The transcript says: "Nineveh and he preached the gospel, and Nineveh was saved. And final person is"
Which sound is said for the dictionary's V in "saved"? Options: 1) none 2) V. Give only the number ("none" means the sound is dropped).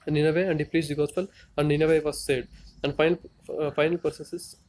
1